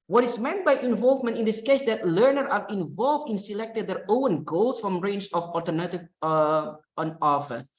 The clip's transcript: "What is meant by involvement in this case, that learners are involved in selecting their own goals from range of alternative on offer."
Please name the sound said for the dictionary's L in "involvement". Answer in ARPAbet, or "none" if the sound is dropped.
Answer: L